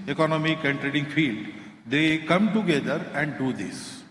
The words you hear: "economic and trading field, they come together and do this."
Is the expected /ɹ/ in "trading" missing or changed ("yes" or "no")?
no